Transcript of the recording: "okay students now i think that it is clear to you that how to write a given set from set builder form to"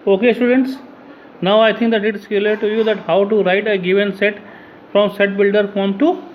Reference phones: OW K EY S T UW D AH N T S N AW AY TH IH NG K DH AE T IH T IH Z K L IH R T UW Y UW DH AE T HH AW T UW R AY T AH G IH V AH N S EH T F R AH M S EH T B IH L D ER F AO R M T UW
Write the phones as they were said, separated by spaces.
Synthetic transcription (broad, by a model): OW K EY S T UW D AH N T S N AW AY T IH NG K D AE T IH T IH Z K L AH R T UW Y UW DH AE T HH AW T UW R AY T AH G IH V AH N S EH T F R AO M S EH T B IH L D ER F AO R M T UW